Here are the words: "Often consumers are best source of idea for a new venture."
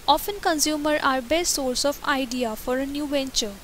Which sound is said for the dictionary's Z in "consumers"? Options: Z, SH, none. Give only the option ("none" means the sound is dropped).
none